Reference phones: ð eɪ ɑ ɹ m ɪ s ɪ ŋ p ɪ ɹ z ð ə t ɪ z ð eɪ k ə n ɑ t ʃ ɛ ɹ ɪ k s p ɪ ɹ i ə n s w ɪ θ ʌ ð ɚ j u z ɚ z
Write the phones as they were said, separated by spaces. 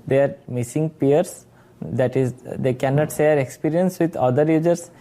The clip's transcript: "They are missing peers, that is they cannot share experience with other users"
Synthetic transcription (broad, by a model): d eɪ ɑ ɹ m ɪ s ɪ ŋ p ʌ ɹ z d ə t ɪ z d eɪ k ə n ɑ t s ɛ ɹ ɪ k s p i ɹ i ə n s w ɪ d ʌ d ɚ j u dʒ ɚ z